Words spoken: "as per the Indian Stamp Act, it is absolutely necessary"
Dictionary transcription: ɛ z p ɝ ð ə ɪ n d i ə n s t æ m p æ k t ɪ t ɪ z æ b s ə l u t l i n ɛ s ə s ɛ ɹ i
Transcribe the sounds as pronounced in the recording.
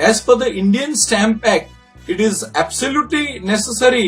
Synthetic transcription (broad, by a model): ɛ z f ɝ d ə ɪ n d i ə n s t æ m p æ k ɪ t ɪ z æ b s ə l u t l i n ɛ s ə s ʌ ɹ i